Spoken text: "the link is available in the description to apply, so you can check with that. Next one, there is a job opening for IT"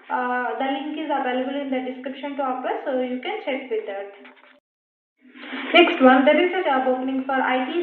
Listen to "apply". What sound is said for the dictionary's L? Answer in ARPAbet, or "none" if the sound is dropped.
none